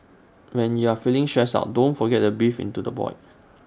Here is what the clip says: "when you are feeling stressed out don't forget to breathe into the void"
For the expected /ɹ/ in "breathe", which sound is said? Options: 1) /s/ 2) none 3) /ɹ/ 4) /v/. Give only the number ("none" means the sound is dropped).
2